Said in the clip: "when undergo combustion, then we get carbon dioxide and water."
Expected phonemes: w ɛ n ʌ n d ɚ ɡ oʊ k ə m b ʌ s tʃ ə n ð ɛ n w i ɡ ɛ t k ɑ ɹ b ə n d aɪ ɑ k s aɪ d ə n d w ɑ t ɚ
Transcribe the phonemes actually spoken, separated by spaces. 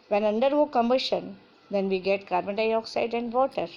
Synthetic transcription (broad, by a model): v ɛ n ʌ n d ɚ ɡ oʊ k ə m ɪ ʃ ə n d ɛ n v i ɡ ɛ t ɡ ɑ ɹ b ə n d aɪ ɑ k s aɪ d ə n d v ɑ t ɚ